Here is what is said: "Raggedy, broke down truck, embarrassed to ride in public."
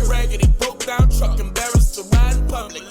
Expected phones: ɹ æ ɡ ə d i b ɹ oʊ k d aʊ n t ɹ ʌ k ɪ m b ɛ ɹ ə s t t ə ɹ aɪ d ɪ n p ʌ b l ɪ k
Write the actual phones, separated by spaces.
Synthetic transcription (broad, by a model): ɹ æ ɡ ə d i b oʊ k d aʊ n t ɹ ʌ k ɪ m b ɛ ɹ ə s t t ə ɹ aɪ ɪ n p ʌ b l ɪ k